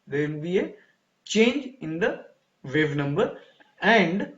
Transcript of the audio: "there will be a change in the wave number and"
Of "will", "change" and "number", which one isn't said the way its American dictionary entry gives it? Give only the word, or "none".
will